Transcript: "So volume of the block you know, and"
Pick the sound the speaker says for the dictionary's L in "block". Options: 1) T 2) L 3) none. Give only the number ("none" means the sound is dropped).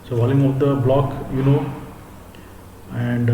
2